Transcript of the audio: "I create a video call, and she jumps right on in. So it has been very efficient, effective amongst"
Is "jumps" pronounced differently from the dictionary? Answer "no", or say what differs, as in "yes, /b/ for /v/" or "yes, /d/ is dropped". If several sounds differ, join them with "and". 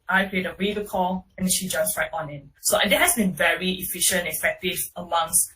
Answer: yes, /p/ is dropped